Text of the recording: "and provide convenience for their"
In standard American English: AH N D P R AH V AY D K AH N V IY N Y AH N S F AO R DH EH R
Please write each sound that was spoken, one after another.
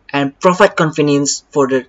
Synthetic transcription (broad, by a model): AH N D P R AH F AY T K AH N F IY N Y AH N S F AO R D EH